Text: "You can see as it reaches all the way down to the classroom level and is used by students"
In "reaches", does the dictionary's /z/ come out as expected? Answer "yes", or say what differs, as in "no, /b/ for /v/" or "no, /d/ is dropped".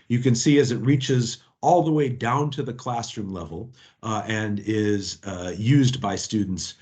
yes